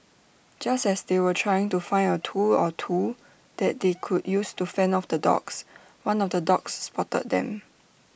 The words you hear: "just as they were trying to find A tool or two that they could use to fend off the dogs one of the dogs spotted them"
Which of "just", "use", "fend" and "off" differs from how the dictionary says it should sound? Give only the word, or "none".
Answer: fend